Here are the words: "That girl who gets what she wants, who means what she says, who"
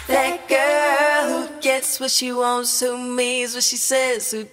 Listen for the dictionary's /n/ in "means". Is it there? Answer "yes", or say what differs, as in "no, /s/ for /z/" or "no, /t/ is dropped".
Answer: no, /n/ is dropped